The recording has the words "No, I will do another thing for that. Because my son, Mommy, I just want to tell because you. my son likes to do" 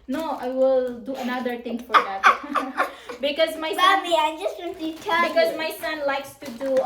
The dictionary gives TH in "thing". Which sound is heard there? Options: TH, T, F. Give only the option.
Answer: T